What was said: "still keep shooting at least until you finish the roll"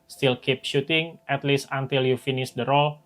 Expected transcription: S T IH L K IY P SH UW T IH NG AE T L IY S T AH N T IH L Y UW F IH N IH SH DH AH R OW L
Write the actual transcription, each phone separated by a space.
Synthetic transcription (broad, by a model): S T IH L K IY P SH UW T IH NG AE T L IY S T AH N T IH L Y UW F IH N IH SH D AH R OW L